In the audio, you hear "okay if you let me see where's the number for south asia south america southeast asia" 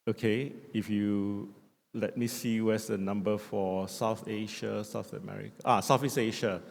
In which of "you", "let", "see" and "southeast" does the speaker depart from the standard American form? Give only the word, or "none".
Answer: southeast